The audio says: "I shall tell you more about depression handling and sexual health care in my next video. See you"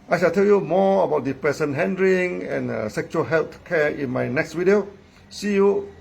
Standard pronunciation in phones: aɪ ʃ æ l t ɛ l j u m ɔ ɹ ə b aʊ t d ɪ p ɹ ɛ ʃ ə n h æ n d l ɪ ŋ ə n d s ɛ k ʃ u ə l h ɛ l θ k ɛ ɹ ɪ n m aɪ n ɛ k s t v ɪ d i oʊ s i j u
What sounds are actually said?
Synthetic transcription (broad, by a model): aɪ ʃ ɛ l t ɛ l j u m ɔ ə b aʊ t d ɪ p ɹ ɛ s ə n h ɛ n d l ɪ ŋ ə n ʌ s ɛ k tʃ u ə l h ɛ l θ k ɛ ɪ n m aɪ n ɛ k s t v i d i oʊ s i j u